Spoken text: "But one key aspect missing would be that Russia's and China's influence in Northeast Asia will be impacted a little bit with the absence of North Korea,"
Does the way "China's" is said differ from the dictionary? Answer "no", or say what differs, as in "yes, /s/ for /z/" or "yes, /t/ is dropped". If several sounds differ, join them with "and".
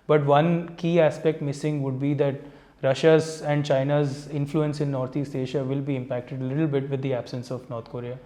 no